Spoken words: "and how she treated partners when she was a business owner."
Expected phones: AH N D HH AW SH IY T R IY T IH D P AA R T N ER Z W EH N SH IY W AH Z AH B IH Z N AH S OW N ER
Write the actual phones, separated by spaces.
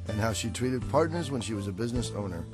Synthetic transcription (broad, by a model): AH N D HH AW SH IY T R IY T IH D P AA R T N ER Z W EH N SH IY W AH Z AH B IH Z N AH S OW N ER